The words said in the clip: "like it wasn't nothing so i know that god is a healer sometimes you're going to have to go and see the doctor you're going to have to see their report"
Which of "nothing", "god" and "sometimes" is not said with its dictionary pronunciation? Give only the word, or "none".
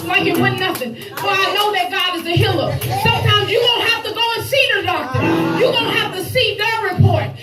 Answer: none